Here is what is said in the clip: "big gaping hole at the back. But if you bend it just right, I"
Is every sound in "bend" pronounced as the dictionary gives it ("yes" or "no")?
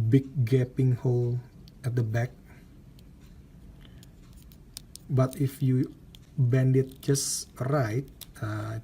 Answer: yes